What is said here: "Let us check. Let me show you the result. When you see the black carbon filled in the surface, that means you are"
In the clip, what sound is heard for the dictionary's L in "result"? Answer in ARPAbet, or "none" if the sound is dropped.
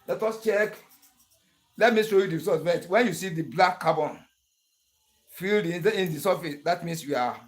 none